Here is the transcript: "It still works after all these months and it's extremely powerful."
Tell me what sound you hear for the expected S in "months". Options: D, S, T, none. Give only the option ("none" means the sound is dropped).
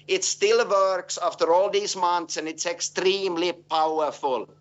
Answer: S